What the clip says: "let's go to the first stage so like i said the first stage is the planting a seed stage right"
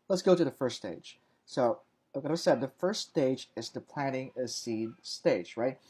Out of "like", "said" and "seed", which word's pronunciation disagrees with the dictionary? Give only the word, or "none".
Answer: like